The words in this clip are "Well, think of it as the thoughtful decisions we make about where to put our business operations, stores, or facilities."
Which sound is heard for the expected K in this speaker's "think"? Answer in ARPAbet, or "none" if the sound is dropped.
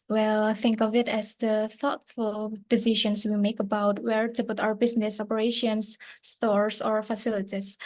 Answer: K